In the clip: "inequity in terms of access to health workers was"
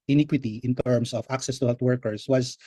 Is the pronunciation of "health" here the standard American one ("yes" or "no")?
no